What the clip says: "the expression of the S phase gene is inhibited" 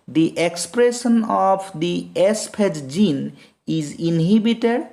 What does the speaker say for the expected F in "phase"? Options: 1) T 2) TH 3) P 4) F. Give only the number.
3